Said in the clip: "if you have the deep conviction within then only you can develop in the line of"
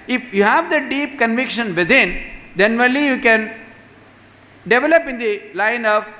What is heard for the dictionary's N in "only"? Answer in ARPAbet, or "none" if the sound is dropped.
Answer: none